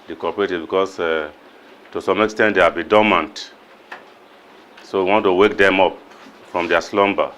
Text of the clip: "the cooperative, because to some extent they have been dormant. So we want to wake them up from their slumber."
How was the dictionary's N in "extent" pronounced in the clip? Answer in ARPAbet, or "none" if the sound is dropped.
N